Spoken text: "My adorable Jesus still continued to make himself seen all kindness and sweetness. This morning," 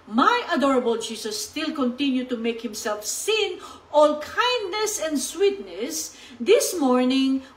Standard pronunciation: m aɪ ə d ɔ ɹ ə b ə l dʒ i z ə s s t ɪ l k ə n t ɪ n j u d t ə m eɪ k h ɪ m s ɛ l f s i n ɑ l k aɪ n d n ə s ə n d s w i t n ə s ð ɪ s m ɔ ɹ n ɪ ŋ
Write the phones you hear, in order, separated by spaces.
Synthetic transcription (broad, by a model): m aɪ ə d ɔ ɹ ə b ə l dʒ i s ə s s t ɪ l k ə n t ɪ n j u t ə m eɪ k h ɪ m s ɛ l f s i n ɑ l k aɪ n d n ə s ə n d s w i t n ə s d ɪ s m ɔ ɹ n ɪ ŋ